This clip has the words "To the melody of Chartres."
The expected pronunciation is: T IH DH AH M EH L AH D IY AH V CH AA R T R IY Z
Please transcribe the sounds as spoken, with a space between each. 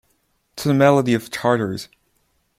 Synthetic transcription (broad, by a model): T IH DH AH M EH L AH D IY AH V CH AA R T R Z